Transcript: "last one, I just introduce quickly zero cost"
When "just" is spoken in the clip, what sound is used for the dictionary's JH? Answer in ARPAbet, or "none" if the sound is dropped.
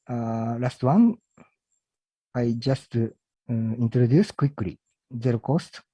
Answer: JH